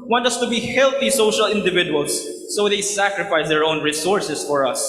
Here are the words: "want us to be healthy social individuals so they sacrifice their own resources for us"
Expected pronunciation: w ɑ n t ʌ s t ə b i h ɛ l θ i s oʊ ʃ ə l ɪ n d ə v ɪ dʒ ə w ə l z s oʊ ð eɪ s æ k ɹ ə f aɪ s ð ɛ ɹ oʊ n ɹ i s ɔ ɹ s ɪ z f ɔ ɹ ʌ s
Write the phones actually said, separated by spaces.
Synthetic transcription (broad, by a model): w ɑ n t ʌ s t ə b i h ɛ l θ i s oʊ ʃ ə l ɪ n d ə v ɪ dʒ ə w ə l s oʊ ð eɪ s æ k ɹ ə f aɪ s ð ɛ ɹ oʊ n ɹ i s ɔ ɹ s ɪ s f ɔ ɹ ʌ s